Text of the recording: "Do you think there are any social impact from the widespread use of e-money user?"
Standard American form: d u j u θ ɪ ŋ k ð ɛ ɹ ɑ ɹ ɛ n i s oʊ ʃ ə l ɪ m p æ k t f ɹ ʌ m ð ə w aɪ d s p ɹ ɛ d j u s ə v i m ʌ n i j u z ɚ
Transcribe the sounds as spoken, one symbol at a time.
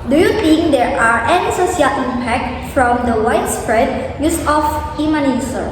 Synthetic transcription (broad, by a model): d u j u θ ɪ ŋ k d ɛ ɹ ɑ ɹ ɛ n i s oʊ s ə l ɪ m p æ k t f ɹ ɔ m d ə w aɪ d s p ɹ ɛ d j u s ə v i m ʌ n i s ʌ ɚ